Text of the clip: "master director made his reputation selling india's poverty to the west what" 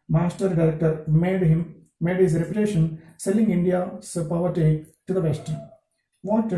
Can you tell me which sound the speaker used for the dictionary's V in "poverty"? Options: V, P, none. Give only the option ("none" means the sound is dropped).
V